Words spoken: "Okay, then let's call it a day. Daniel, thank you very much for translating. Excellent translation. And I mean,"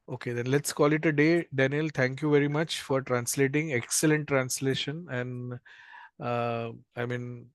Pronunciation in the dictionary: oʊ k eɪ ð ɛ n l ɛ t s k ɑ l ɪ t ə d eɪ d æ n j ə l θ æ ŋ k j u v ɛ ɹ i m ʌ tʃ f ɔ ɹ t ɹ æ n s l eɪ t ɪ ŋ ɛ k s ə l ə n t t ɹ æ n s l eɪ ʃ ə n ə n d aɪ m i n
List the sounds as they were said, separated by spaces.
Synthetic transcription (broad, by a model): oʊ k eɪ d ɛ n l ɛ t s k ɑ l ɪ t ə d eɪ d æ n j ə l t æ ŋ k j u v ɛ ɹ i m ʌ tʃ f ɔ ɹ t ɹ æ n s l eɪ t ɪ ŋ ɛ k s ə l ə n t t ɹ æ n s l eɪ ʃ ə n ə n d aɪ m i n